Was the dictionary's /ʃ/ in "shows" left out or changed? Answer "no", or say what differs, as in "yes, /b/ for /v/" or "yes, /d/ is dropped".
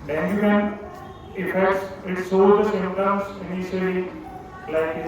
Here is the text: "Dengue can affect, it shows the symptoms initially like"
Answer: yes, /s/ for /ʃ/